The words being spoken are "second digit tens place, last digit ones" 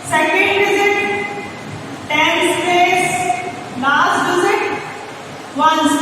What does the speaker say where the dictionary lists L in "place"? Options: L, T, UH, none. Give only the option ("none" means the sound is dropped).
none